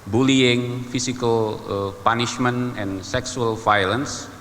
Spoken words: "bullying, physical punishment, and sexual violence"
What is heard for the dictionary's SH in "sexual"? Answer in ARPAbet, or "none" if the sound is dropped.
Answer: S